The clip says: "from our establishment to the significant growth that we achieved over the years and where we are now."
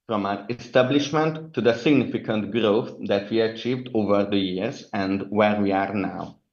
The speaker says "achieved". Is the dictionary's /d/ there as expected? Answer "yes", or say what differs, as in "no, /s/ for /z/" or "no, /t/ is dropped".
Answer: yes